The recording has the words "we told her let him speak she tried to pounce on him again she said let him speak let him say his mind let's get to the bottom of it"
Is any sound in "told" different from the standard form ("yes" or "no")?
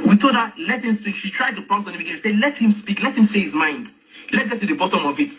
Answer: yes